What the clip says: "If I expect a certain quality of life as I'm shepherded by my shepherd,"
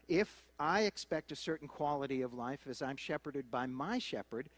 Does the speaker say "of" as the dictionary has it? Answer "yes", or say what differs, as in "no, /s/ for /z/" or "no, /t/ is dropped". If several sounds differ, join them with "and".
yes